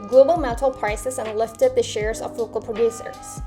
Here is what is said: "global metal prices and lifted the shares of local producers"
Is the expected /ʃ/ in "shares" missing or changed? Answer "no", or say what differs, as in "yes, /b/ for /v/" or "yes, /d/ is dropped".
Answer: no